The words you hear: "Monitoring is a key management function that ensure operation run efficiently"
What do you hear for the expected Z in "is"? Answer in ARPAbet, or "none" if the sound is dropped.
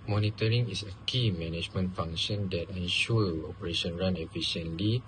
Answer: S